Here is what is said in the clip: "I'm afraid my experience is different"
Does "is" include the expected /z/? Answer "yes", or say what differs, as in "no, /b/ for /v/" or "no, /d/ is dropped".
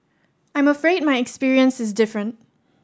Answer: yes